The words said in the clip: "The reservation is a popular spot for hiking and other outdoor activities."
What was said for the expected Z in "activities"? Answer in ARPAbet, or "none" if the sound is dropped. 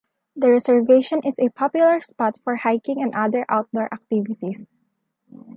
S